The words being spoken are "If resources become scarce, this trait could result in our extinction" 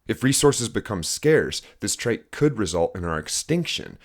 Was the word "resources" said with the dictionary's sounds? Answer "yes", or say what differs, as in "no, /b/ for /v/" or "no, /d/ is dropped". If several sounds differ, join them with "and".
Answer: yes